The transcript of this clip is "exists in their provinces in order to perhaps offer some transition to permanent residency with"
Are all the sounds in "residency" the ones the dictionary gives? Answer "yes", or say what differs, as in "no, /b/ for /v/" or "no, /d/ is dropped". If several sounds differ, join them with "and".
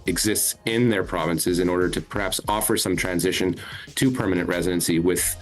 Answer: yes